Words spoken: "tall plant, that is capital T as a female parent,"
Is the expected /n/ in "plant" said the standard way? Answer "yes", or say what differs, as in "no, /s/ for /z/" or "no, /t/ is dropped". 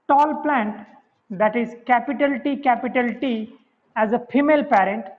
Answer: yes